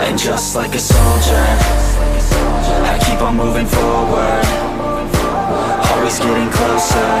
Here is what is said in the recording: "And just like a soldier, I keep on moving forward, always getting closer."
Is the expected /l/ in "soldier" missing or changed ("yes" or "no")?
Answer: no